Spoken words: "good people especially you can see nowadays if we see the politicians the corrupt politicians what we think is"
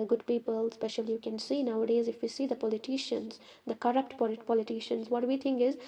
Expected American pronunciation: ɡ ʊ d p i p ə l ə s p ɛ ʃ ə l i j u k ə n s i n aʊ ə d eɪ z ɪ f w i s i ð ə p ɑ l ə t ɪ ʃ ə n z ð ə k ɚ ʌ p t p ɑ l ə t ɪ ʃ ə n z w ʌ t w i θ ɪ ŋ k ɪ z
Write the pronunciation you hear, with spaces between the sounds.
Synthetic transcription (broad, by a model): ɡ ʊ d p i p ə l s p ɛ ʃ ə l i j u k ə n s i n aʊ ə d eɪ z ɪ f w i s i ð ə p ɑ l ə t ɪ ʃ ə n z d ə k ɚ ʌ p t p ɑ l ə t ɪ ʃ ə n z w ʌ t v i t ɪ ŋ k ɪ z